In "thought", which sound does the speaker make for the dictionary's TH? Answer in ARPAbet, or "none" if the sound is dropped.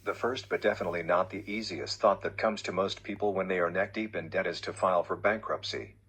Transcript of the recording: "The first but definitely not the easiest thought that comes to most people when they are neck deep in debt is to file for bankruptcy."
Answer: TH